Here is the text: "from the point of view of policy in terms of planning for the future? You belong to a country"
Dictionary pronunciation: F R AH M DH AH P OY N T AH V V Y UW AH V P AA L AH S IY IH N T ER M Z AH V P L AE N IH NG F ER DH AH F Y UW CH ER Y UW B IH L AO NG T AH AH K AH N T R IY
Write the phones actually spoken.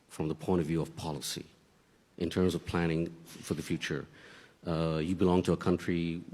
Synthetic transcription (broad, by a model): F R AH M DH AH P OY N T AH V V Y UW AH V P AA L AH S IY IH N T ER M Z AH V P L AE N IH NG F ER DH AH F Y UW CH ER Y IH B IH L AO NG T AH AH K AH N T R IY